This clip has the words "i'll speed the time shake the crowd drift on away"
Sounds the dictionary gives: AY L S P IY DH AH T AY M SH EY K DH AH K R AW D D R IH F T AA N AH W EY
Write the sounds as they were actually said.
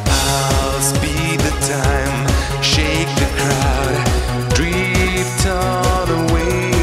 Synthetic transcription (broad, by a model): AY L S B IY DH AH T AY M SH EY K DH AH K R AW D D R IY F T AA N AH W EY